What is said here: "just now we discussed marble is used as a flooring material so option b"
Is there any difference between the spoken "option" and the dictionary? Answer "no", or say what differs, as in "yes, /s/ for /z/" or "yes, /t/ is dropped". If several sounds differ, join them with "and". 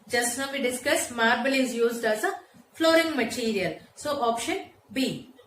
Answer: no